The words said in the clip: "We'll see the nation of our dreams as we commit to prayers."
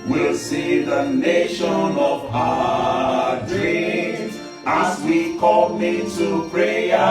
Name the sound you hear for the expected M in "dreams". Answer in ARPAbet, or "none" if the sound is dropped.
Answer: none